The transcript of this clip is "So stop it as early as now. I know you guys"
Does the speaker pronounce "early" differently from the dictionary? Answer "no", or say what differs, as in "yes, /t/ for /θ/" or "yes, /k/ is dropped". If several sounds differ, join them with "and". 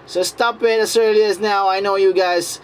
no